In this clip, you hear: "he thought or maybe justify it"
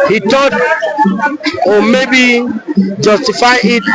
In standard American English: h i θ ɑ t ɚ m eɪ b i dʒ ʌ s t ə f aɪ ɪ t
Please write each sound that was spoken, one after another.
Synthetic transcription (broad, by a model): h i t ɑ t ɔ m eɪ b i dʒ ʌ s t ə f aɪ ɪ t